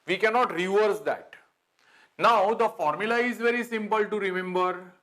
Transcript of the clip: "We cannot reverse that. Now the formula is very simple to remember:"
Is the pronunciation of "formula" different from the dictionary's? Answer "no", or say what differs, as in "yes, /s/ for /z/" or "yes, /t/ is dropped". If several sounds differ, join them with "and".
no